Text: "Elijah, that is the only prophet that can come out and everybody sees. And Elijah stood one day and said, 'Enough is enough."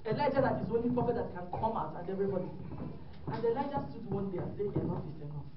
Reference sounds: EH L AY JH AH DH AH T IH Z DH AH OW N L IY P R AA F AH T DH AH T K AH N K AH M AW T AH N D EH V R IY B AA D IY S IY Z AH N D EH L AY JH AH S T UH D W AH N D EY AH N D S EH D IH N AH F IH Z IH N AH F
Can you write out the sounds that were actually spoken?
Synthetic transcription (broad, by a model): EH L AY JH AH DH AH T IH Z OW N L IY P R AA F AH T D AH T K AH N K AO M AW T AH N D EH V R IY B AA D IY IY AH N D EH L AY JH AH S T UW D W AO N D EY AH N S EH IH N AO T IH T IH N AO